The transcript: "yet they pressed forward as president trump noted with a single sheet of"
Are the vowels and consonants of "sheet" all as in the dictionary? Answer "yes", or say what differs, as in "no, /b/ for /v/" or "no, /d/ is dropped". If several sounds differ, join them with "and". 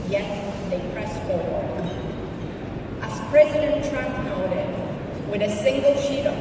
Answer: yes